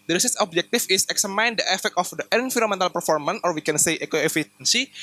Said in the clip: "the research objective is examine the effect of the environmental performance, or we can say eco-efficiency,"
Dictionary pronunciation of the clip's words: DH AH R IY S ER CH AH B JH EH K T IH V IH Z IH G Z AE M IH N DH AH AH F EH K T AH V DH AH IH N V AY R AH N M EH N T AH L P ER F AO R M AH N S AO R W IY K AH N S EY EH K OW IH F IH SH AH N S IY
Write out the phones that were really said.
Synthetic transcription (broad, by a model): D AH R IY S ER S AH B JH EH K T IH F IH S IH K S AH M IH N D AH AH F EH K T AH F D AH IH N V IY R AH M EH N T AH L P ER F AO R M AH N S AO R W IY K AH N S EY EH K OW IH F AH N S IY